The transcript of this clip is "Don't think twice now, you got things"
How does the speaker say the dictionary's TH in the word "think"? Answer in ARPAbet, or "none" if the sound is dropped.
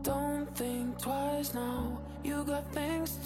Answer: TH